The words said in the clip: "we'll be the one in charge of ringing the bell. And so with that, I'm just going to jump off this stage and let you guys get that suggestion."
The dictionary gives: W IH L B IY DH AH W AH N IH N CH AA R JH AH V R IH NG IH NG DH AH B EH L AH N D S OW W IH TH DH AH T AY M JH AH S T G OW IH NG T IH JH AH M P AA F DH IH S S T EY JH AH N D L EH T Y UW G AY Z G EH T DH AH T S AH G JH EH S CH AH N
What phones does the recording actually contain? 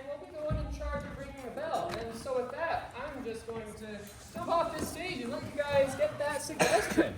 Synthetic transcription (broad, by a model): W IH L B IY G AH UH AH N IH N CH AA R JH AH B R IH NG IH NG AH B EH L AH N S OW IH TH DH AH T AY M JH AH S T G OW IH NG T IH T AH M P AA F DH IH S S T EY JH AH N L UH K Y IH G AY Z G EH T DH AH T S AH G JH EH S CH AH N